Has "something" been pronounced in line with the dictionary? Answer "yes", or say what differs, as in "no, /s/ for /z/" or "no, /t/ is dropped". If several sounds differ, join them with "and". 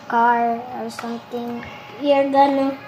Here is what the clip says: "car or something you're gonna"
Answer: no, /t/ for /θ/